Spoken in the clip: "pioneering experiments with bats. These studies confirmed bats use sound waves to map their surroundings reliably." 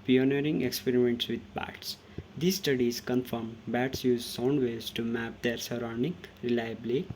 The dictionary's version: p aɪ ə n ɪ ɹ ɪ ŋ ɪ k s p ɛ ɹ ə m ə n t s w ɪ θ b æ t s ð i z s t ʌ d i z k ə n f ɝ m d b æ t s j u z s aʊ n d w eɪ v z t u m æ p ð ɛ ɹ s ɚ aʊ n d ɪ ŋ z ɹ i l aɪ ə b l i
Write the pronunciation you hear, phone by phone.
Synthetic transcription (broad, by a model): p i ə n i ɹ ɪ ŋ ɪ k s p ɛ ɹ ə m ə n t s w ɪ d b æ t s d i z s t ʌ d i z k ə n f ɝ m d b æ t s j u z s aʊ n d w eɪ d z t u m æ p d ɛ ɹ s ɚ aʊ n d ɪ ŋ ɹ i l aɪ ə b l i